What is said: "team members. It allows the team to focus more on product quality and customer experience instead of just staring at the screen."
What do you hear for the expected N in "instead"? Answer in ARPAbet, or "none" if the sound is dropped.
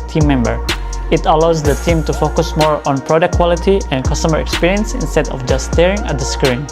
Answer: N